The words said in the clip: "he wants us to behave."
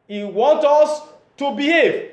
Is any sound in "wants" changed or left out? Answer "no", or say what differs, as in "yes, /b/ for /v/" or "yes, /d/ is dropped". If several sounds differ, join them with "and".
yes, /s/ is dropped